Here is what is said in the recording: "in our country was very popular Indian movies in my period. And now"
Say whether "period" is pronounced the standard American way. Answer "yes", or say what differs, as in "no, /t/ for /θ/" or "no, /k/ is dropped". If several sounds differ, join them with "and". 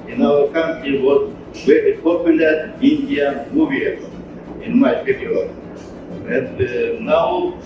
no, /d/ is dropped